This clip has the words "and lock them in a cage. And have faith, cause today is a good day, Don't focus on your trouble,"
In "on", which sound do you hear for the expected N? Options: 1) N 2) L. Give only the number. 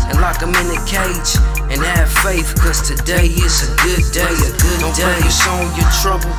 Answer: 2